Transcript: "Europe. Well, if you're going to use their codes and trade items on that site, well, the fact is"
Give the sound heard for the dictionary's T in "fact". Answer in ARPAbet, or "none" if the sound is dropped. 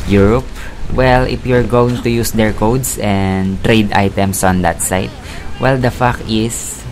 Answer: none